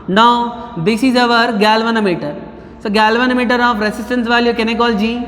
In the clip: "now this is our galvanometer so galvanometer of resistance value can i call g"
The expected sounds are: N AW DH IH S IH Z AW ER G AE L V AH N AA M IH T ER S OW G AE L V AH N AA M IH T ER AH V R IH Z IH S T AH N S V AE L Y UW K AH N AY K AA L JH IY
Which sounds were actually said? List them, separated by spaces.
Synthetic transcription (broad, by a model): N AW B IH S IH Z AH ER G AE L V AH N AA M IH T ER S OW G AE L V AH N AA M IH T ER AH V R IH S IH S T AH N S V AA L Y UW K AH N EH K AA L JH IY